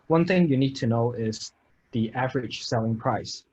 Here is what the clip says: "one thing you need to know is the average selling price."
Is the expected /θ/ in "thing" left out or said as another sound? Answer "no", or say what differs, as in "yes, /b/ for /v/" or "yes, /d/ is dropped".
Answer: no